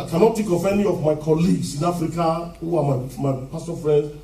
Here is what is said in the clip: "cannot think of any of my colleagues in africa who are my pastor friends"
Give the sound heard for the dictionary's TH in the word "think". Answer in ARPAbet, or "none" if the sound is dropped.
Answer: T